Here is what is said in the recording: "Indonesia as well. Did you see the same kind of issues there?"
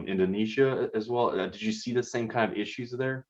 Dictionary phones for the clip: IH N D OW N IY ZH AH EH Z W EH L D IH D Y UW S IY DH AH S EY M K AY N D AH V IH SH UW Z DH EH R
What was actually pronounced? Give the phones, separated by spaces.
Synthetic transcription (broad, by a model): IH N D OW N IY ZH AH Z W EH L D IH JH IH S IY DH AH S EY M K AY N D AH V IH SH UW Z DH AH R